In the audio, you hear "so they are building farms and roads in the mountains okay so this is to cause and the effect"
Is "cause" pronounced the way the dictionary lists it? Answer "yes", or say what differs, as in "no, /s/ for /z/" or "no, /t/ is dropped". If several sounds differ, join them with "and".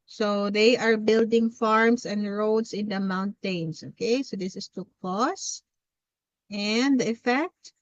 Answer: no, /s/ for /z/